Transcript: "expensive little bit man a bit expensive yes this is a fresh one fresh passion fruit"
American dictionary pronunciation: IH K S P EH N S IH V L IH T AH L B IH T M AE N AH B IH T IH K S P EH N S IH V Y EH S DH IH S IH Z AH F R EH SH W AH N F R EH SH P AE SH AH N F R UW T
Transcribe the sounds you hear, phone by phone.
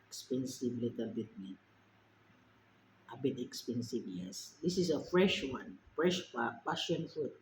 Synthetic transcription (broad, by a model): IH K S P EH N S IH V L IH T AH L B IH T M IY AH B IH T IH K S P EH N S IH V Y EH S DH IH S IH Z AH F R EH SH W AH N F R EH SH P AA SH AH N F R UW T